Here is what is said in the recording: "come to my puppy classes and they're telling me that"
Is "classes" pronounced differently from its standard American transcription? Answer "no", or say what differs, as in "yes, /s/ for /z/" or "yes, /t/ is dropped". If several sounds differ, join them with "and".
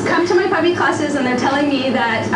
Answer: no